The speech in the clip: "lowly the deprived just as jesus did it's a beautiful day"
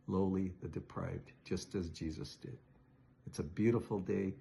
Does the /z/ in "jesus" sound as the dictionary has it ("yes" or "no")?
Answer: yes